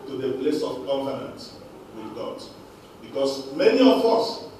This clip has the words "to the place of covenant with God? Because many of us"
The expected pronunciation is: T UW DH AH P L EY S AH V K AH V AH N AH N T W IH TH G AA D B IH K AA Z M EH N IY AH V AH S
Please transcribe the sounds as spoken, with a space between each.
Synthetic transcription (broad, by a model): T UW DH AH P L EY S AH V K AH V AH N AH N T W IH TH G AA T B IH K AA S M EH N IY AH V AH S